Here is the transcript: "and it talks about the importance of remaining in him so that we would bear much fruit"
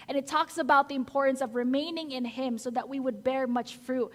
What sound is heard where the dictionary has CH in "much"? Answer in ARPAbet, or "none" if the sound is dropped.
CH